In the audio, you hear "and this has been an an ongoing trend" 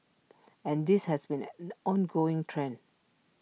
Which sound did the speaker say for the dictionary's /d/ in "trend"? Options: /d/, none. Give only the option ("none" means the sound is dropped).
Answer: none